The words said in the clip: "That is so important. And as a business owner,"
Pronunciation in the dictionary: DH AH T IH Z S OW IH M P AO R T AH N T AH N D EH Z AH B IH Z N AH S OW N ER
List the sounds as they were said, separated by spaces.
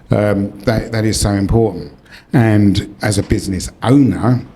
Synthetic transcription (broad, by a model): DH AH T IH Z S OW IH M P AO R T N T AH N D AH Z AH B IH Z N AH S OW N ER